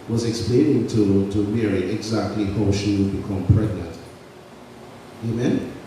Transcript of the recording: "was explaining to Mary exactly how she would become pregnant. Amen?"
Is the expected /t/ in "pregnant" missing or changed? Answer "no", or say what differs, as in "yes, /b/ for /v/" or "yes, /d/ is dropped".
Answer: no